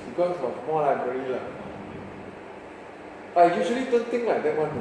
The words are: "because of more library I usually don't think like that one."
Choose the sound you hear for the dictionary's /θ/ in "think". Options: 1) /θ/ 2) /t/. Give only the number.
2